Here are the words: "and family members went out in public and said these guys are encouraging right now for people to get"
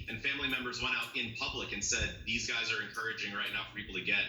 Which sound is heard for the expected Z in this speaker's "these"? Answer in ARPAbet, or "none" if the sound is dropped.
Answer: Z